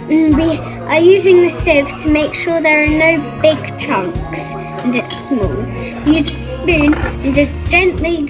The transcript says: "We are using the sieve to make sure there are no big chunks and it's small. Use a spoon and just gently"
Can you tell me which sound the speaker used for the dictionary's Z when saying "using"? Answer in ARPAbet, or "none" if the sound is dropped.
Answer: Z